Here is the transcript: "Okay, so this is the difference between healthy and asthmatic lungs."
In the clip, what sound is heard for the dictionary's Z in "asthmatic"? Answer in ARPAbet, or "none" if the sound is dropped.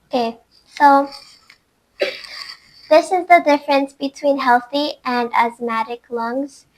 Z